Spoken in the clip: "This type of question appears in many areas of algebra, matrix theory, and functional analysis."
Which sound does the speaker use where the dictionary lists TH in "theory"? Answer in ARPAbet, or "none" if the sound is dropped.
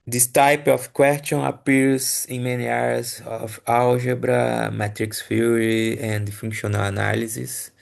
F